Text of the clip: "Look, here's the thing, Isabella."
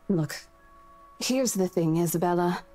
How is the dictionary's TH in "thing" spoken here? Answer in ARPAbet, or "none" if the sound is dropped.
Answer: TH